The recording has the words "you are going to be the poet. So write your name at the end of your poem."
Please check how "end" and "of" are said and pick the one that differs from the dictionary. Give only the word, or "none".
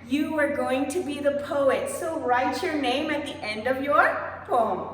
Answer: none